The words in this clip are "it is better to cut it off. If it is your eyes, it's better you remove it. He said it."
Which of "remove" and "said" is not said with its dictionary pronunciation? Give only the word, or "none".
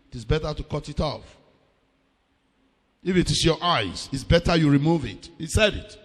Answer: none